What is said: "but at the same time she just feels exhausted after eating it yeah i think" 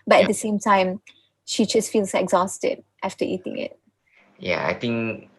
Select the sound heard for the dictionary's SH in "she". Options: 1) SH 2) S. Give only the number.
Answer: 1